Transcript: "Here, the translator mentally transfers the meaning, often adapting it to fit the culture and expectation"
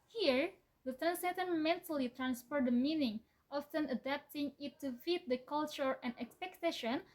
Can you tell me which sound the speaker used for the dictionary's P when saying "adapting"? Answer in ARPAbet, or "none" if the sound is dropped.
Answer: P